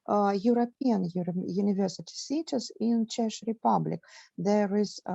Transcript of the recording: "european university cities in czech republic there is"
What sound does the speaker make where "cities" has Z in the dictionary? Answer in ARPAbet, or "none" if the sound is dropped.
S